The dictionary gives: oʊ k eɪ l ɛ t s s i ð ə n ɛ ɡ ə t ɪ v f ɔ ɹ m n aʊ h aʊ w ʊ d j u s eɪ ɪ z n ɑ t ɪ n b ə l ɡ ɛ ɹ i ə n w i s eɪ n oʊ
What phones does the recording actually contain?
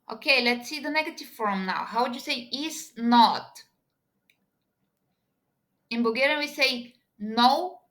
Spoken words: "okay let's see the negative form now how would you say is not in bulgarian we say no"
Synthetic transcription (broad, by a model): oʊ k eɪ l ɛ t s s i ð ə n ɛ ɡ ə t ɪ v f ɔ ɹ m n aʊ h aʊ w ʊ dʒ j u s eɪ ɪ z n ɑ t ɪ n b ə ɡ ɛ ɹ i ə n w i s eɪ n oʊ